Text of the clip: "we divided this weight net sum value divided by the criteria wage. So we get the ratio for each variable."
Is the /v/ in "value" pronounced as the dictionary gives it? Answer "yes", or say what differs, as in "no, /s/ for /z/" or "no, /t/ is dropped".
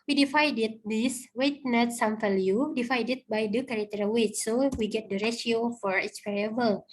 no, /f/ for /v/